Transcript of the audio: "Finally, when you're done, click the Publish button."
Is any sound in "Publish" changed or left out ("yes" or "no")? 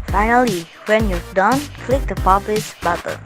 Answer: yes